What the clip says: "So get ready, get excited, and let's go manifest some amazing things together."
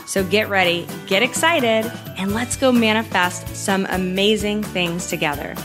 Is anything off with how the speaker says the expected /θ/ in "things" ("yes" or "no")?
no